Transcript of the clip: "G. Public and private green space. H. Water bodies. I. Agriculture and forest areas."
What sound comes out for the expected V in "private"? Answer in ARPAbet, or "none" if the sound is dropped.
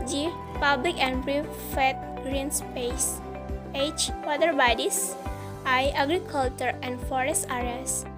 F